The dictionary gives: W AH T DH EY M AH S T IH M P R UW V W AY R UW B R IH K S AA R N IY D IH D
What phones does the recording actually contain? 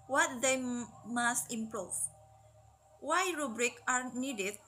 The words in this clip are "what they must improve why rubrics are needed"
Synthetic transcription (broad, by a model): W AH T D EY M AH S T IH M P R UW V W AY R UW B R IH K AA R N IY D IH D